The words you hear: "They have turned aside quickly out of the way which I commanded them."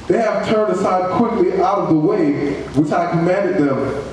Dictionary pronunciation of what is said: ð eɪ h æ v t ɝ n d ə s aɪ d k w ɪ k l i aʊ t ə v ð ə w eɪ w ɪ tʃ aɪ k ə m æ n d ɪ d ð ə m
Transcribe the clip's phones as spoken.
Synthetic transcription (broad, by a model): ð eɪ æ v t ɝ n d ə s aɪ d k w ɪ k l i aʊ t ə v ð ə w eɪ w ɪ tʃ aɪ k ə m æ n d ɪ d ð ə m